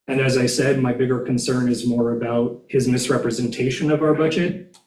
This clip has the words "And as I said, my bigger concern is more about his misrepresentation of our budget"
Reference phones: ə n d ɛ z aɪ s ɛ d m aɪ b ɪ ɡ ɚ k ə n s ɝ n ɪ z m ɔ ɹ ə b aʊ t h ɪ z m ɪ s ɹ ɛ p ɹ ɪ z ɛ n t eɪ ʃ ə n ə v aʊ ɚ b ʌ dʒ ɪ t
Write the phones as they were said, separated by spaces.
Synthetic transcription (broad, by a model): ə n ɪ z aɪ s ɛ d m aɪ b ɪ ɡ ɚ k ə n s ɝ n ɪ z m ɔ ɹ ə b aʊ t h ɪ z m ɪ s ɹ ɛ p ɹ ɪ z ɛ n t eɪ ʃ ə n ə v aʊ ɚ b ʌ dʒ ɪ t